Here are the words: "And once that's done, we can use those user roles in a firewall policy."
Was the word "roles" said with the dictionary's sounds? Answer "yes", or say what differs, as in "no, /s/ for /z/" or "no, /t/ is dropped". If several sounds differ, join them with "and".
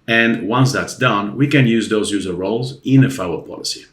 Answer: yes